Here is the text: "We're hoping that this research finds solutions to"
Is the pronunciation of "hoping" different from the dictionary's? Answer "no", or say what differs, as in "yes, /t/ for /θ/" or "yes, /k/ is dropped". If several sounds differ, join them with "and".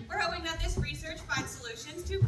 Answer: yes, /p/ is dropped